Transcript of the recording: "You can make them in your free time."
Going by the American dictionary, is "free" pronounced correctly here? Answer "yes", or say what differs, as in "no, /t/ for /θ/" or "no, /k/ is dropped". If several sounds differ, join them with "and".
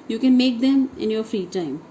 yes